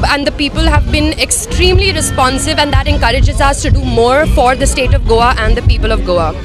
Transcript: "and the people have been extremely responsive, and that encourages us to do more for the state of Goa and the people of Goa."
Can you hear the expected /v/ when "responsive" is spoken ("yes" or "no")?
yes